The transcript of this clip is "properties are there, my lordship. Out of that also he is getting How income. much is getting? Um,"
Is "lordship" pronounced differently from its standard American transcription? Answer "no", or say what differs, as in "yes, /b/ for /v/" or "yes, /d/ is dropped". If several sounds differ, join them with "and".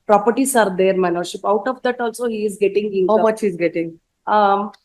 yes, /n/ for /l/